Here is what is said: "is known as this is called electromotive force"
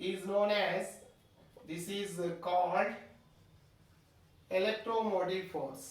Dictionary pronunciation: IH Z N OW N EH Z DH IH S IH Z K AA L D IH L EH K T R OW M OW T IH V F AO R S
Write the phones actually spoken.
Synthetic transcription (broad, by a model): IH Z N OW N EH Z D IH S IH Z K AA L D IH L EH K T R OW M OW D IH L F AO R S